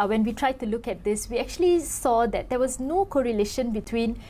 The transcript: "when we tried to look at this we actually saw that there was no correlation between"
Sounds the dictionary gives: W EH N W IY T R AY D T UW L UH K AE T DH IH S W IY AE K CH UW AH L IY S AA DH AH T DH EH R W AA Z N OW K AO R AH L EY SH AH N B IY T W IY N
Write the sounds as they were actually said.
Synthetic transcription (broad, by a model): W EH N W IY T R AY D T UW L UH K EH T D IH S W IY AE K CH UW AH L IY S AA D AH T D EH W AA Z N OW K AO R AH L EY SH AH N B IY T W IY N